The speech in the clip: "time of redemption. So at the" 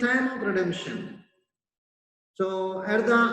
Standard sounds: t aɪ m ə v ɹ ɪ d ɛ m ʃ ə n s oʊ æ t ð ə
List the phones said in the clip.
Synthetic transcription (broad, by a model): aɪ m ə p ɹ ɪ d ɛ m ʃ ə n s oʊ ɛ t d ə